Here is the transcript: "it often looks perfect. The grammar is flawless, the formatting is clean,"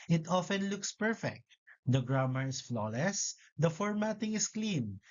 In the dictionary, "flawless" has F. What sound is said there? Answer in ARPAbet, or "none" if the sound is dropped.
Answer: F